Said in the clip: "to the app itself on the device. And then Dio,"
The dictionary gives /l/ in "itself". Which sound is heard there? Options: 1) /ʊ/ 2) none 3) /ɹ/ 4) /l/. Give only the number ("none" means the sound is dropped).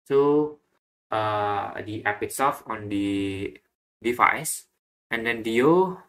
2